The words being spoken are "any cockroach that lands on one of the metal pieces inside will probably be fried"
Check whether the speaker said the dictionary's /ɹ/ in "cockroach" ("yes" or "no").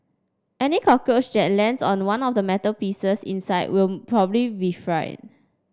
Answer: no